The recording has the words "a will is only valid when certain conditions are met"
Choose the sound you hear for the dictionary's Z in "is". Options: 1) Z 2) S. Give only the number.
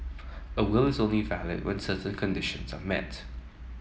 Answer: 1